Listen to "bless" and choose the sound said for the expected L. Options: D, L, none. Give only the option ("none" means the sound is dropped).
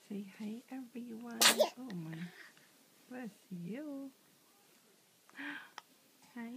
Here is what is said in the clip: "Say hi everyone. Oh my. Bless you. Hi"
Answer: none